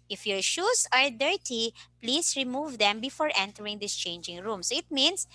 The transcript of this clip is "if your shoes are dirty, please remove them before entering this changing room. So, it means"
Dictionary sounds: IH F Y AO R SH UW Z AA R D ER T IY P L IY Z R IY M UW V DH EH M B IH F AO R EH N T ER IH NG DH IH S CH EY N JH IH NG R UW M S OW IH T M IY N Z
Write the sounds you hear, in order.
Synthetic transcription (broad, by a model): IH F Y AO R SH UW S AA R D ER T IY P L IY S R IY M UW V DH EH M B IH F AO R EH N T ER IH NG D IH S CH EY N JH IH NG R UW M S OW IH T M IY N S